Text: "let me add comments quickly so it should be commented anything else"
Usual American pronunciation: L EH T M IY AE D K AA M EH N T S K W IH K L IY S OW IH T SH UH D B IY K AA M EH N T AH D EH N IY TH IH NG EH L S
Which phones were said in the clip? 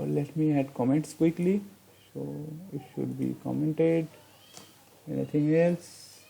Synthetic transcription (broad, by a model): L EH T M IY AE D K AA M EH N T S K W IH K L IY S OW IH T SH UH D B IY K AA M EH N T AH D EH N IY T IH NG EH L S